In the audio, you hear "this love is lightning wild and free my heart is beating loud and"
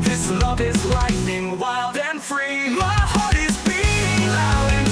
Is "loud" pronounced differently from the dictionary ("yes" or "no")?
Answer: yes